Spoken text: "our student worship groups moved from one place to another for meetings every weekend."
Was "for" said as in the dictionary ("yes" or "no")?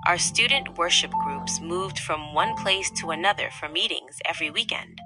yes